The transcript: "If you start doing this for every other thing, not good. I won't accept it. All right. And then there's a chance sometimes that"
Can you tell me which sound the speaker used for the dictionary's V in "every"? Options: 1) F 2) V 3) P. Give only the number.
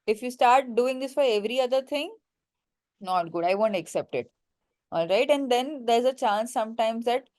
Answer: 2